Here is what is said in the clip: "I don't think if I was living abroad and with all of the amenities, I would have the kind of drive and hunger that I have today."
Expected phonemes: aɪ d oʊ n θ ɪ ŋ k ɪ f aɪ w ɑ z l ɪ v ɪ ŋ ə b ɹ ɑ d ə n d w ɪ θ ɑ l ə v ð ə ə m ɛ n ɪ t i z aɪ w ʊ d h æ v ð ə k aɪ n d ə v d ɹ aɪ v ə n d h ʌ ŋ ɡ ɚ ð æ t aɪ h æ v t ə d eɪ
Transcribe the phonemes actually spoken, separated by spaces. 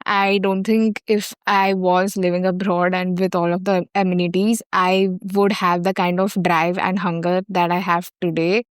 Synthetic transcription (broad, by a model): aɪ d oʊ n t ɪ ŋ k ɪ f aɪ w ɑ z l ɪ v ɪ ŋ ə b ɹ ɑ d ə n d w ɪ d ɑ l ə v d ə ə m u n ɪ t i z aɪ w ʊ d h æ v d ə k aɪ n d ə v d ɹ aɪ v ə n d h ʌ ŋ ɡ ɚ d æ t aɪ h æ v t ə d eɪ